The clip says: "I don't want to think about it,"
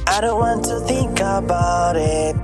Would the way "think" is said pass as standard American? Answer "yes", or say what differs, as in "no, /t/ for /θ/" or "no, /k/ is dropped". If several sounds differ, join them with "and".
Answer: yes